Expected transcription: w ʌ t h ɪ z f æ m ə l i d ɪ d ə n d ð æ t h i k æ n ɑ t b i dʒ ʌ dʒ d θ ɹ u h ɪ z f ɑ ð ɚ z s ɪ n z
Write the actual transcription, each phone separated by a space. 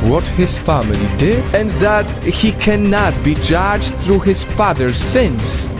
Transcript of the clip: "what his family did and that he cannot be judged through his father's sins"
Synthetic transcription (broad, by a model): w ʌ t h ɪ z f æ m ə l i d ɪ d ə n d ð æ t h i k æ n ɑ t b i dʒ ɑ dʒ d θ ɹ u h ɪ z f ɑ ð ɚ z s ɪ n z